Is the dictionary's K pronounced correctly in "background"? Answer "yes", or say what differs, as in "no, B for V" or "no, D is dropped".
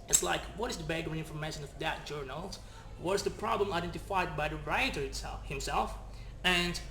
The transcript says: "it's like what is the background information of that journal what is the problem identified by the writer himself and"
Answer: no, K is dropped